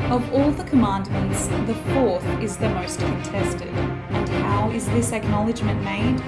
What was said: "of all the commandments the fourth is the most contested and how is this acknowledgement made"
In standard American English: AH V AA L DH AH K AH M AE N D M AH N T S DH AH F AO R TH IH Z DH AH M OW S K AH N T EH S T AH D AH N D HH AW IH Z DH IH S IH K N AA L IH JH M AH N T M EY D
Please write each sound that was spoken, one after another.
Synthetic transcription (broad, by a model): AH V AA L DH AH K AH M AE N D M AH N T S DH AH F AO R TH IH Z DH AH M OW S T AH N T EH S T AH D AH N HH AW IH Z DH IH S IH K N AA L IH JH M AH N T M EY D